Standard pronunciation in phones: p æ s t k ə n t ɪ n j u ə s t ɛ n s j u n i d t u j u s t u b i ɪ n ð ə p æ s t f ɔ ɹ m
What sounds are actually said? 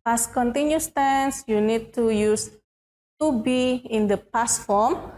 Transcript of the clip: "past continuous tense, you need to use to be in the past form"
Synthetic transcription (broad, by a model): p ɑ s k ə n t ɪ n j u s t ɛ n s j u n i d t u j u s t u b i ɪ n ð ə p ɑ s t f ɔ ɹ m